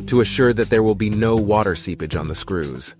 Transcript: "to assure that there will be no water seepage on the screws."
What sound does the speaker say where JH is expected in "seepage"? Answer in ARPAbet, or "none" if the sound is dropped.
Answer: JH